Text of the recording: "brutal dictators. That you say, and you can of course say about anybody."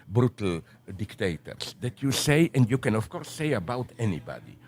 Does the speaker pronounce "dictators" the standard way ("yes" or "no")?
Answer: no